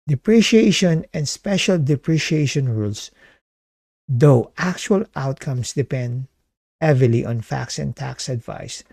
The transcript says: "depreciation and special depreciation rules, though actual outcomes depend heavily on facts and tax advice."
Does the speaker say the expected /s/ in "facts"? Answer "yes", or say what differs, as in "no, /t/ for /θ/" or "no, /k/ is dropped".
yes